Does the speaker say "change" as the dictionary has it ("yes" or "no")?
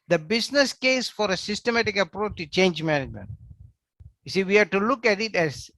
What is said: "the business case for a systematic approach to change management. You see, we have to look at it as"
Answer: yes